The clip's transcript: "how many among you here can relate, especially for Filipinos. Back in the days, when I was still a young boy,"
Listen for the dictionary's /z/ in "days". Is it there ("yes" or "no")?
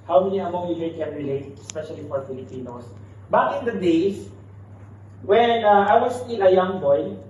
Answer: no